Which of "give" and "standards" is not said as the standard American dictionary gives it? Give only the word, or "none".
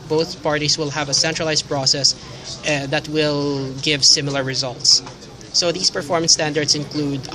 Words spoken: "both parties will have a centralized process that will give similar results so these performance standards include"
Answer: standards